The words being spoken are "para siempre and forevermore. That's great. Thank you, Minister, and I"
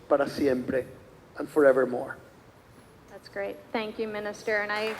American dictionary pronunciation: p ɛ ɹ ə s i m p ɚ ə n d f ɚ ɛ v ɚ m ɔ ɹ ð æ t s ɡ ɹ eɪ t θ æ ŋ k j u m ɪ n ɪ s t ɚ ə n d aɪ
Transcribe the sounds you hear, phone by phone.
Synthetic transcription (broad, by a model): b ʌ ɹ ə s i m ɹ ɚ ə n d f ɚ ɛ v ɚ m ɔ ɹ ð æ t s ɡ ɹ eɪ t θ æ ŋ k j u m ɪ n ɪ s t ɚ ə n aɪ